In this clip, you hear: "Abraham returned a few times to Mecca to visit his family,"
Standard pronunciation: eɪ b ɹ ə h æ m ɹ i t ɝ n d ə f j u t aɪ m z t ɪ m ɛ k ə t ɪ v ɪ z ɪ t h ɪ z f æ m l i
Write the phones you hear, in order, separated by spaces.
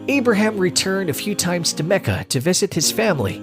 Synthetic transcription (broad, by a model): eɪ b ɹ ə h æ m ɹ i t ɝ n d ə f j u t aɪ m z t ɪ m ɛ k ə t ɪ v ɪ z ɪ t h ɪ z f æ m l i